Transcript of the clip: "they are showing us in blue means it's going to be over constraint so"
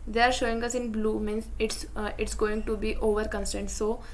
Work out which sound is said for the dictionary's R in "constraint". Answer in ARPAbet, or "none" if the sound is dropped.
none